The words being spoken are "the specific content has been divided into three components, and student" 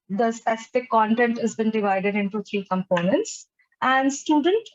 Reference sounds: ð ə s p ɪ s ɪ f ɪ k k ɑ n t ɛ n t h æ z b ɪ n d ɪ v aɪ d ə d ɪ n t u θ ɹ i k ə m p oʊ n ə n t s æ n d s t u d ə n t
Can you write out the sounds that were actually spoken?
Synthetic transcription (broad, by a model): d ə s p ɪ s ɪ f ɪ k k ɑ n t ɛ n t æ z b ɪ n d ɪ v aɪ d ə d ɪ n t u t ɹ i k ə m p oʊ n ə n t s æ n d s t u d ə n t